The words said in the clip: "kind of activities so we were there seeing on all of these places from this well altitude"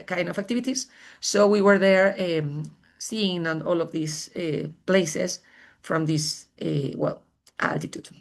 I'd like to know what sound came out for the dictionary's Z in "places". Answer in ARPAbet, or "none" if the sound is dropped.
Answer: S